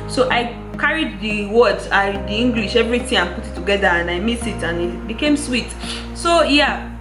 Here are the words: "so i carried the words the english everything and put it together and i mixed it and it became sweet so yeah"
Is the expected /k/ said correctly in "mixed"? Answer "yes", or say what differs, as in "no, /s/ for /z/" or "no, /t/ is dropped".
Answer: no, /k/ is dropped